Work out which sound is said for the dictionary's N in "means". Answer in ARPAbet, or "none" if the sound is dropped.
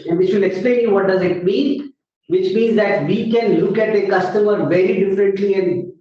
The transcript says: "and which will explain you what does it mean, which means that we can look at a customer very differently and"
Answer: N